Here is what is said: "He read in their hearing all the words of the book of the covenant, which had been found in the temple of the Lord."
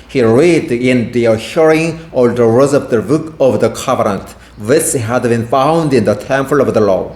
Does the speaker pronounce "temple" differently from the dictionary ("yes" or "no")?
yes